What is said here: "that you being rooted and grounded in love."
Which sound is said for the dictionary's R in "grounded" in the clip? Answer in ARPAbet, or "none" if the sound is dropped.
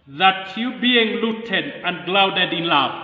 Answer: L